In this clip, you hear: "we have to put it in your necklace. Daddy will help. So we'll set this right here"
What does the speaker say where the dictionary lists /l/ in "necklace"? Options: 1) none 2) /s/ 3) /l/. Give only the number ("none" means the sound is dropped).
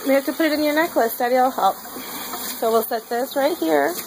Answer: 3